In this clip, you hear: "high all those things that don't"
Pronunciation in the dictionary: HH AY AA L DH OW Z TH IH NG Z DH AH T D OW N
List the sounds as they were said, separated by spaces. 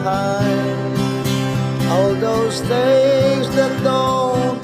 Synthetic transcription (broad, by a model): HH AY AA L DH OW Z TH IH Z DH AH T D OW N